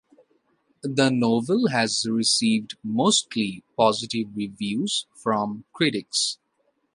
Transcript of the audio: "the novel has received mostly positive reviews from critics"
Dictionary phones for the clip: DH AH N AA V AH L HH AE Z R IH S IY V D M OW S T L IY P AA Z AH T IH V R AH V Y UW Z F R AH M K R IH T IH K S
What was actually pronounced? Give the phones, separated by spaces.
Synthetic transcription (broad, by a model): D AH N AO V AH L HH AE Z R IH S IY V D M OW S T L IY P AA Z AH T IH V R AH V Y UW Z F R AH M K R IH T IH K S